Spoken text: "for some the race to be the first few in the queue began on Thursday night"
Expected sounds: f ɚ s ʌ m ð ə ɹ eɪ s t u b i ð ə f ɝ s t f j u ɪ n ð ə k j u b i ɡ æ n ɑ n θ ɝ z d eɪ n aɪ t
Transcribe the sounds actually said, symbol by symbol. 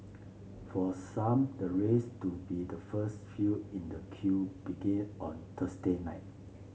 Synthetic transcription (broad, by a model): f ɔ s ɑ m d ə ɹ eɪ s t u b i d ə f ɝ s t f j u ɪ n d ə k j u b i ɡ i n ɑ n t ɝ s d eɪ n aɪ t